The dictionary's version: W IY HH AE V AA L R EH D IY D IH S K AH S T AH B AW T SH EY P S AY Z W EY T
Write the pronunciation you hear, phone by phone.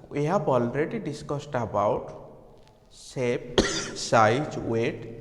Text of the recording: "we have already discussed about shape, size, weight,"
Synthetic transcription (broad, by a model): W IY HH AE B AA L R EH D IY D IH S K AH S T AH B AW T S EY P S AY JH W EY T